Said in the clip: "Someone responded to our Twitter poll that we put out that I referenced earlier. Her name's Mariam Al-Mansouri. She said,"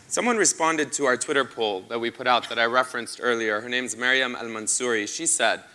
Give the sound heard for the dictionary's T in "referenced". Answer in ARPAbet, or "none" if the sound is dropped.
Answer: T